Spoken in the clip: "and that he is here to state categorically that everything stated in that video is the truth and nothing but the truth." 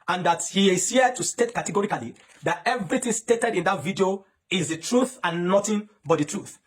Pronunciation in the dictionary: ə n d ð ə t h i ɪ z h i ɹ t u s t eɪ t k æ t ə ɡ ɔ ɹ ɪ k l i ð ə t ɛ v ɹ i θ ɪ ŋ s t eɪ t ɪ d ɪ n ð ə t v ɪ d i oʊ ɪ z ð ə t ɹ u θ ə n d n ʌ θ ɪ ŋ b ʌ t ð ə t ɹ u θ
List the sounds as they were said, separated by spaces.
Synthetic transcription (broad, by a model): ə n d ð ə t h i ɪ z h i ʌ t u s t eɪ t k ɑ t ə ɡ ɔ ɹ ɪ k l i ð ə t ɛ v ɹ i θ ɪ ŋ s t eɪ t ɪ d ɪ n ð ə t v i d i oʊ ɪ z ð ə t ɹ u θ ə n n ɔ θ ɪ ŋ b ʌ t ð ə t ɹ u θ